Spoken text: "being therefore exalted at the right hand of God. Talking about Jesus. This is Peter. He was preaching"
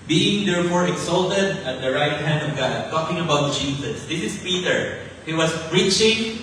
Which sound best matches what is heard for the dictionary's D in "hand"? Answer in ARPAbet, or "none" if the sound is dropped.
D